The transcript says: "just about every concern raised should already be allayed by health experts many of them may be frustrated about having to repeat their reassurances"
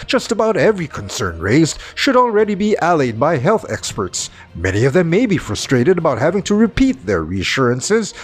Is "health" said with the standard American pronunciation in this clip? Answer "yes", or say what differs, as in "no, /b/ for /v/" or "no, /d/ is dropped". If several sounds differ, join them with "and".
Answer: yes